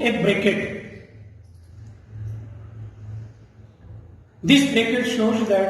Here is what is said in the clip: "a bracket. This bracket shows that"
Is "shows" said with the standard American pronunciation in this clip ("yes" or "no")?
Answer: yes